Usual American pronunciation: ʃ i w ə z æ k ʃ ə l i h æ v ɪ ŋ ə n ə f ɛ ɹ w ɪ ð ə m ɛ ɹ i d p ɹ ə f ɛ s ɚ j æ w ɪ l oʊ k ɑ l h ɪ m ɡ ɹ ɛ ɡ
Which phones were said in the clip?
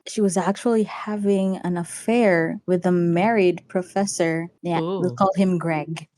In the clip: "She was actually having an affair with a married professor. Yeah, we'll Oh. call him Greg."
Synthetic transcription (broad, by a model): ʃ i w ə z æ k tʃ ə l i h æ v ɪ ŋ ə n ə f ɛ ɹ w ɪ ð ə m ɛ ɹ i d p ɹ ə f ɛ s ɚ j æ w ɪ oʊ k ɑ l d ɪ m ɡ ɹ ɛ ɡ